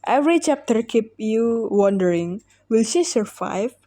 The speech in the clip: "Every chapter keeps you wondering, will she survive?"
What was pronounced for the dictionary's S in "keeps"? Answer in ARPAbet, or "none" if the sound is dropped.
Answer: none